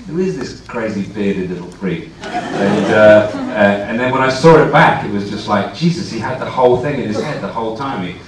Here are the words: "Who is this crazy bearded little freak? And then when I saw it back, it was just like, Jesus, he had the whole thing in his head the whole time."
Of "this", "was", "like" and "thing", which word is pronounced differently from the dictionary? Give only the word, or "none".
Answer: none